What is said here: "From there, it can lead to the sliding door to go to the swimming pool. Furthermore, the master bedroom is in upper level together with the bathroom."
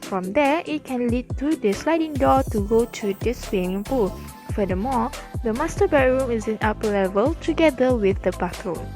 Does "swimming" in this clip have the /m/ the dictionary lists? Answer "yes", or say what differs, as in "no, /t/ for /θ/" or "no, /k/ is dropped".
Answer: no, /m/ is dropped